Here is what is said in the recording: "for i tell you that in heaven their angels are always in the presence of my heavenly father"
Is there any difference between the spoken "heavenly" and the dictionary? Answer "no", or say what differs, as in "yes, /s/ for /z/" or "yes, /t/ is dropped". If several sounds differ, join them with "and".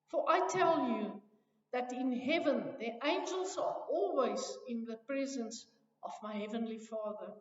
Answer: no